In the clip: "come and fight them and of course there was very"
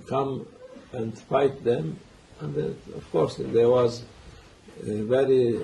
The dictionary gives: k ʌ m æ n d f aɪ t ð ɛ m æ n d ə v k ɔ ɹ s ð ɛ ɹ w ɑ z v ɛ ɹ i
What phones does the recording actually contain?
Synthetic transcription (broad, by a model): k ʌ m æ n d f aɪ t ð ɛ m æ n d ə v k ɔ ɹ s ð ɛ w ɑ z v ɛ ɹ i